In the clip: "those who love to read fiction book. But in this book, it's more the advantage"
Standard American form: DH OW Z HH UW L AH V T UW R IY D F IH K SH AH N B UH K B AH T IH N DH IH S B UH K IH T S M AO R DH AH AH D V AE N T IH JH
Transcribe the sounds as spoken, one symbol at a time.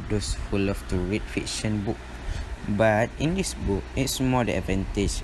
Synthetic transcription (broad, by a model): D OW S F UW L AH F T UW R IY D F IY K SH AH N B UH K B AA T IH N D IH S B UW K IH T S M AO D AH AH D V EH N T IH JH